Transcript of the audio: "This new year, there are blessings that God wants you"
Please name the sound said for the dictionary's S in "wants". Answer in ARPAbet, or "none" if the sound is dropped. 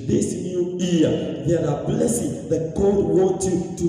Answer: none